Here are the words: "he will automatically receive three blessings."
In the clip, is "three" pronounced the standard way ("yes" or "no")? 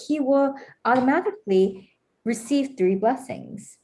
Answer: yes